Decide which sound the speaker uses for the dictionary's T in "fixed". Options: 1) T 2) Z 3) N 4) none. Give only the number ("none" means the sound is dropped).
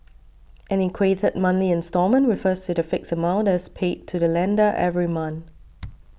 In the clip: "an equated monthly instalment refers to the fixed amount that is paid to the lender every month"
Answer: 4